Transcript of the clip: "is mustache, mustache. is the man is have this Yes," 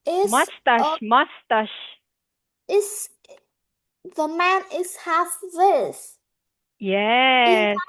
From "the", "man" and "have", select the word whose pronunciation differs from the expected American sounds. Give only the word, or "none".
have